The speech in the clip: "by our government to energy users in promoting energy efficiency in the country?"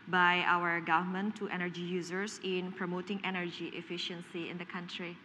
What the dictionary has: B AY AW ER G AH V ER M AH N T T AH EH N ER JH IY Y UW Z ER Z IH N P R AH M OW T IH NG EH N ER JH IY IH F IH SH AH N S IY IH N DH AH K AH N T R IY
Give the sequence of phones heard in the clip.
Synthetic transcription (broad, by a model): B AY AW ER G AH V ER M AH N T T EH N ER JH IY Y UW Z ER S IH N P R AH M OW T IH NG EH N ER JH IY IH F IH SH AH N S IY IH N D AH K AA N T R IY